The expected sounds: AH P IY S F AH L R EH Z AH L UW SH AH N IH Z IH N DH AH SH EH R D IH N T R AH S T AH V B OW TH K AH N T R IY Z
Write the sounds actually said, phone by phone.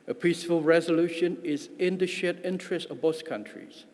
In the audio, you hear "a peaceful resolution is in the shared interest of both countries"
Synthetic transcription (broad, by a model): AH P IY S F AH L R EH Z AH L UW SH AH N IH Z IH N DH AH SH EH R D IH N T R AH S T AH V B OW S K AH N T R IY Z